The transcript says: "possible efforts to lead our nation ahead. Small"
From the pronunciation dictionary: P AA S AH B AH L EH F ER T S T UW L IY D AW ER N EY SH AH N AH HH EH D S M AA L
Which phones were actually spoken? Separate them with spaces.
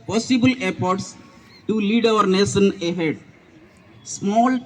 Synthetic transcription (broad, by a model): P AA S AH B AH L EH P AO T S T UW L IY D AW ER N EY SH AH N AH HH EH D S M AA L